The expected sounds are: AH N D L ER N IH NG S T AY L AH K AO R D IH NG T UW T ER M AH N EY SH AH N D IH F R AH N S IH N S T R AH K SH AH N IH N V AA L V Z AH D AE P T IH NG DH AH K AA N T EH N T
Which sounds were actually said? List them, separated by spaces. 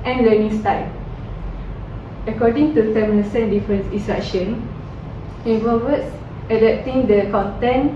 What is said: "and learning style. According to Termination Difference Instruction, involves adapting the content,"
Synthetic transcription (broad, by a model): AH N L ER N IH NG S T AY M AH K AO D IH NG T UW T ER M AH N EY S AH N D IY F R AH N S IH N S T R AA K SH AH N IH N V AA V S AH D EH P T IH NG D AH K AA N T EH N